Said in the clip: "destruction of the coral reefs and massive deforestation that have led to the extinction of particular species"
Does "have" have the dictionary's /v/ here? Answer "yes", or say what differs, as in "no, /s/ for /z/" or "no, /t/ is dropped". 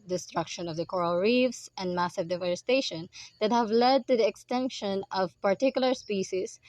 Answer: yes